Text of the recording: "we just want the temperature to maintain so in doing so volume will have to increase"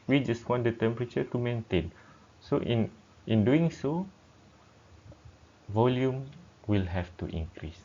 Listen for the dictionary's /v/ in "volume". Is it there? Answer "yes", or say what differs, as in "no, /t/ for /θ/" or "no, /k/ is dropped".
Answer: yes